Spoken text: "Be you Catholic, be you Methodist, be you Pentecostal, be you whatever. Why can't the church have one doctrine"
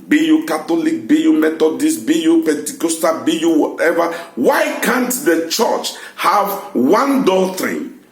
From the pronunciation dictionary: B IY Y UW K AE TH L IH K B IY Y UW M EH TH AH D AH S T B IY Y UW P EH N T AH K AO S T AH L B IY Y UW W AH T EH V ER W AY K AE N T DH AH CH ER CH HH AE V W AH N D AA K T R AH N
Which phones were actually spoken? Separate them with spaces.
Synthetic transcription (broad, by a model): B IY Y UW K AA T L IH K B IY Y UW M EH T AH D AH S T B IY Y UW P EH N T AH K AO S T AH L B IY Y UW W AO T EH V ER W AY K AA N T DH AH CH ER CH HH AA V W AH N D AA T R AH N